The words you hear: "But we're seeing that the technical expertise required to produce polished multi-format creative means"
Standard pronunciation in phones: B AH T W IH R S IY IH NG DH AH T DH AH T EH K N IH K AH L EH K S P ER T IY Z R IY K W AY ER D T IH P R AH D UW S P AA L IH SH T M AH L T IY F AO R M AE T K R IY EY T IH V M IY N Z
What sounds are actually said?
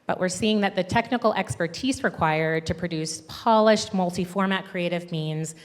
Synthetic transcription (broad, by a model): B AH T W IH R S IY IH NG DH AH T DH AH T EH K N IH K L EH K S P ER T IY Z R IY K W AY ER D T IH P R AH D UW S P AA L IH SH T M AH L T IY F AO R M AE T K R IY EY T IH V M IY N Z